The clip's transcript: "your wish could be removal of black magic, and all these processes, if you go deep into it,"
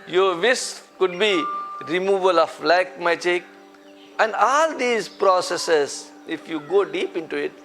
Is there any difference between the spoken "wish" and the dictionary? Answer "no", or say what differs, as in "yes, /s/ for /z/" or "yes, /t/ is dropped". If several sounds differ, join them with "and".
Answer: yes, /s/ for /ʃ/